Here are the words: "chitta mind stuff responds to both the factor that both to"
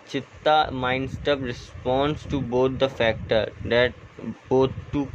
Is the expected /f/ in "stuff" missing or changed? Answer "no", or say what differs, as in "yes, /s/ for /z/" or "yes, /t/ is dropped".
yes, /p/ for /f/